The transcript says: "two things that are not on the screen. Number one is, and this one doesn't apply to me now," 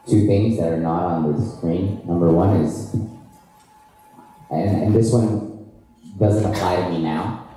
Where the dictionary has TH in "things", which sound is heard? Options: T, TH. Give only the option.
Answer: TH